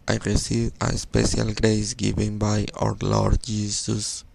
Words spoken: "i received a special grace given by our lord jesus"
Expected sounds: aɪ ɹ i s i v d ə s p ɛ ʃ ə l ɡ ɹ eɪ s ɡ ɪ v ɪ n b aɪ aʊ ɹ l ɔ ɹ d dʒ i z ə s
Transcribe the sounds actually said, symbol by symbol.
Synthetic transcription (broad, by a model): aɪ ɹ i s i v ə s p ɛ ʃ ə l ɡ ɹ eɪ s ɡ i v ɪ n b aɪ aʊ ɹ l ɔ ɹ d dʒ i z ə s